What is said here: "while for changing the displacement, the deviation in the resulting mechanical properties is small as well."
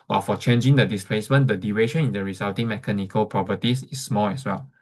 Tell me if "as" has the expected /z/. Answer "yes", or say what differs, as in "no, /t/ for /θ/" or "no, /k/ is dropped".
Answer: no, /s/ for /z/